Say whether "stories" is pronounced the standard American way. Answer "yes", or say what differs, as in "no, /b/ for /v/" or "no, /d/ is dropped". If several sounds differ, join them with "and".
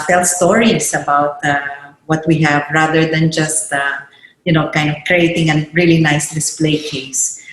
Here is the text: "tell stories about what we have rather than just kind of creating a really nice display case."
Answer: no, /s/ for /z/